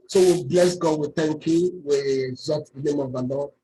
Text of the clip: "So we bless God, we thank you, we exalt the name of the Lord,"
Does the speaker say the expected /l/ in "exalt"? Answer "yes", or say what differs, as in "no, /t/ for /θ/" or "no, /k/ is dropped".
no, /l/ is dropped